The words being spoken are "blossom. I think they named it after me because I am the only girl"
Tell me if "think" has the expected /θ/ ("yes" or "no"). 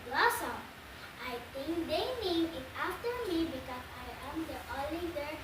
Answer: no